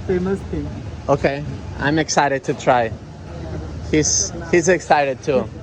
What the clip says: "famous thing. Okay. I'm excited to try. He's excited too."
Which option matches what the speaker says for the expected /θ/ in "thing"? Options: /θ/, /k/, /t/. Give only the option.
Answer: /t/